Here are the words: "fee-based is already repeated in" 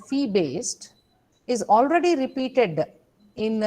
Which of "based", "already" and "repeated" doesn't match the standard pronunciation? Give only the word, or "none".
none